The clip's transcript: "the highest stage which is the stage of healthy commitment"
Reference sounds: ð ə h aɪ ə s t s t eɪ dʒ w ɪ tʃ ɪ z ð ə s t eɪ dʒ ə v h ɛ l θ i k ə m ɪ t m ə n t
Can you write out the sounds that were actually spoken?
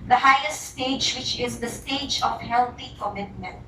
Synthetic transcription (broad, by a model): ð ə h aɪ ə s t s t eɪ dʒ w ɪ tʃ ɪ z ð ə s t eɪ dʒ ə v h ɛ l t i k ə m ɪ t m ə n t